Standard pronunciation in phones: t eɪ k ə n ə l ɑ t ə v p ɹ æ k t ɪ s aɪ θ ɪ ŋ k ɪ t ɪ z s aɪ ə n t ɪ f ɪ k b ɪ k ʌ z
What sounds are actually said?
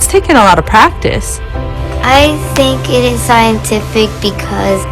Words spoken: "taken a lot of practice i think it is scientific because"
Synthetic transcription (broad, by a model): t eɪ k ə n ə l ɑ t ə v p ɹ æ k t ɪ s aɪ θ ɪ ŋ k ɪ t ɪ z s aɪ ə n t ɪ f ɪ k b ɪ k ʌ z